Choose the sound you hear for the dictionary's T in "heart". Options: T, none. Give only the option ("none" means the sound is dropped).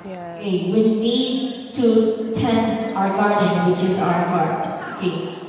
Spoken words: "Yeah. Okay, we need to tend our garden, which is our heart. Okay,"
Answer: none